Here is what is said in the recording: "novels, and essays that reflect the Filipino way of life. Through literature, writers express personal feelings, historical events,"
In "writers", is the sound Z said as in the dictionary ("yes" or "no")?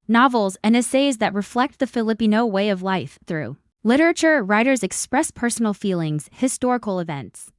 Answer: yes